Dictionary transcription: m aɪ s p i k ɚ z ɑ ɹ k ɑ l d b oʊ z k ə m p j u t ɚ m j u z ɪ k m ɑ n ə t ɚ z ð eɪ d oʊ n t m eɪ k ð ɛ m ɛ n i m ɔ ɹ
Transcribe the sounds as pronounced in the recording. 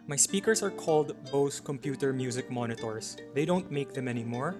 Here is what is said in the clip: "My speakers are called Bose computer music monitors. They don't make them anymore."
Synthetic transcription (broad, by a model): m aɪ s p i k ɚ s ɑ ɹ k ɑ l d b oʊ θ k ə m p j u t ɚ m j u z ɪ k m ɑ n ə t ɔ s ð eɪ d oʊ n t m eɪ k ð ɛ m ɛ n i m ɔ ɹ